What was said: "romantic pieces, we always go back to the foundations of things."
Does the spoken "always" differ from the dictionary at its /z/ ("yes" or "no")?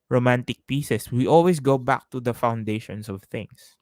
yes